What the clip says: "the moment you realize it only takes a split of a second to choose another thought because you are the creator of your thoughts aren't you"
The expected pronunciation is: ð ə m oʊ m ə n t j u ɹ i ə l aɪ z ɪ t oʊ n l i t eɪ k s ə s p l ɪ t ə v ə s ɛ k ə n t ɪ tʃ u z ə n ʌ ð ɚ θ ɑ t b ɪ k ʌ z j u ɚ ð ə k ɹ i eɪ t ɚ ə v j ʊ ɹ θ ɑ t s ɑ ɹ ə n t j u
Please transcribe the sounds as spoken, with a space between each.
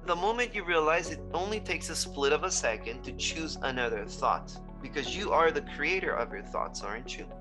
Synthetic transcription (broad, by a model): ð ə m oʊ m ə n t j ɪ ɹ i ə l aɪ z ɪ t oʊ n l i t eɪ k s ə s p l ɪ t ə v ə s ɛ k ə n t ɪ tʃ u z ə n ʌ ð ɚ θ ɑ t b ɪ k ʌ z j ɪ ɚ ð ə k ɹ i eɪ t ɚ ə v j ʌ ɹ θ ɑ t s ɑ ɹ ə n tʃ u